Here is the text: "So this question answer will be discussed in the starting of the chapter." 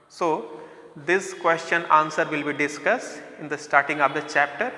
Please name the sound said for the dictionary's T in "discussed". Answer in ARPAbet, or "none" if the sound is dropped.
T